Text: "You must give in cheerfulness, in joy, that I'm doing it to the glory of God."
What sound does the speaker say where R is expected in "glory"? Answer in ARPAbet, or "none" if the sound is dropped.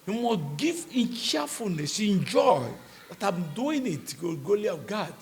L